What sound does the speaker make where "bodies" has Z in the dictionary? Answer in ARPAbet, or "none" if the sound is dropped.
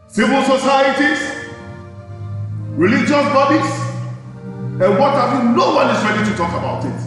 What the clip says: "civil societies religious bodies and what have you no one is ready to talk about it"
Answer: S